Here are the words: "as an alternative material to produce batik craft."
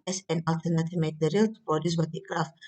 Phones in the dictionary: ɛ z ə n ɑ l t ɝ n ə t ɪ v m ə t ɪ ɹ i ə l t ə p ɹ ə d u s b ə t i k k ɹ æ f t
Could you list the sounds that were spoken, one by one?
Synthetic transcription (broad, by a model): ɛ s ə n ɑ l t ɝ n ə t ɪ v m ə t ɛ ɹ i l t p ə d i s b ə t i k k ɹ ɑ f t